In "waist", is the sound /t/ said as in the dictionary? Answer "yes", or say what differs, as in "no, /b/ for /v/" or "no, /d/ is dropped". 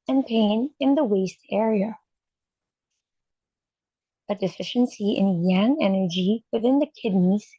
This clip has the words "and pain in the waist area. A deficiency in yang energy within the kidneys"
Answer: yes